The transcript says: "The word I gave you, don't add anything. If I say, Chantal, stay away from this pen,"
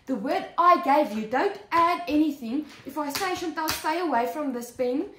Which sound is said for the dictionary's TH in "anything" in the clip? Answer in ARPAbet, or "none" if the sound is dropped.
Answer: TH